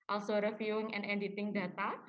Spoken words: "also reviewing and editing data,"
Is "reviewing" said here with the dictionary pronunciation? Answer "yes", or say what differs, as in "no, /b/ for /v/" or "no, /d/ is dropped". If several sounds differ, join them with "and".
no, /f/ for /v/